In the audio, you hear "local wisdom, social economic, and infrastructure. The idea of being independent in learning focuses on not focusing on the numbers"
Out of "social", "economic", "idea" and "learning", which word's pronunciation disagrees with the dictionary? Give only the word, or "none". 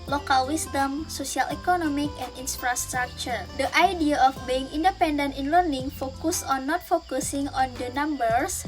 social